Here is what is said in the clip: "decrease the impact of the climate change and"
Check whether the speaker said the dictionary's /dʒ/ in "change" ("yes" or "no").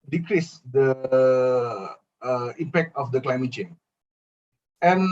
no